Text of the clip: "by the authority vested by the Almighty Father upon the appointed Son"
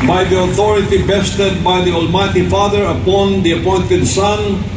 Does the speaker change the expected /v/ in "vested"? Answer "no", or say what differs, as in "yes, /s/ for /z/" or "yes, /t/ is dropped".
yes, /b/ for /v/